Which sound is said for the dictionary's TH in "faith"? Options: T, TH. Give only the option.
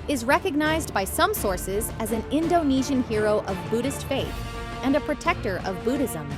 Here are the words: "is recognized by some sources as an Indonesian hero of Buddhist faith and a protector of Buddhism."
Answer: TH